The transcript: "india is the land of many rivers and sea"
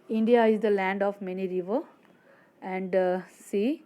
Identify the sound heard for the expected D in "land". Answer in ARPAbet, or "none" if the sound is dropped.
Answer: D